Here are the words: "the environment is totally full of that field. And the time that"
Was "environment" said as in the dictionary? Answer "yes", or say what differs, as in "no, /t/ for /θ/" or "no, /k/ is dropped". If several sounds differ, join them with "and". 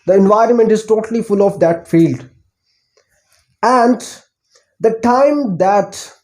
yes